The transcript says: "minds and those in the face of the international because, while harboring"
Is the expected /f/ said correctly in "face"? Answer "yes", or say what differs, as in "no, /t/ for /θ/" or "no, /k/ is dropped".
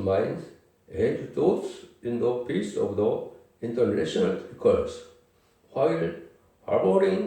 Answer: no, /p/ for /f/